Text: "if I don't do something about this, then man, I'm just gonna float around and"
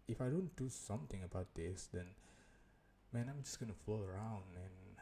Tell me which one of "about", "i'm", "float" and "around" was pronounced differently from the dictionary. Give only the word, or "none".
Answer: float